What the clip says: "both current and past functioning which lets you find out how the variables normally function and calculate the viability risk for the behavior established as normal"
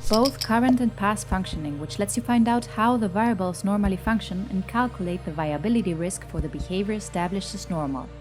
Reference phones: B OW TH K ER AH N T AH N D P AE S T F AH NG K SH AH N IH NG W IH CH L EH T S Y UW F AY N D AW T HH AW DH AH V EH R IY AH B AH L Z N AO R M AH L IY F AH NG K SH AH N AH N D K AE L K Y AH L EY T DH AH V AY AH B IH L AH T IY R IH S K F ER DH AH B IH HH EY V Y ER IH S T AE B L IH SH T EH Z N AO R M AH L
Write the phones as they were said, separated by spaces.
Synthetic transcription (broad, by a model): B OW TH K ER AH N T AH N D P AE S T F AH NG K SH AH N IH NG W IH CH L EH T S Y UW F AY N D AW T HH AW DH AH V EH IY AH B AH L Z N AO R M AH L IY F AH NG K SH AH N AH N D K AE L K Y AH L EY T DH AH V AY AH B IH L AH T IY R IH S K F ER DH AH B IH HH EY V Y ER S T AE B L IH SH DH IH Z N AO R M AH L